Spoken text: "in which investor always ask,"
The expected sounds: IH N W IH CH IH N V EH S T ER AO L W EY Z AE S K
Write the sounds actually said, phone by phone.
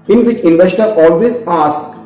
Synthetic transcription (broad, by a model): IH N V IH CH IH N V EH S T ER AO L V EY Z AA S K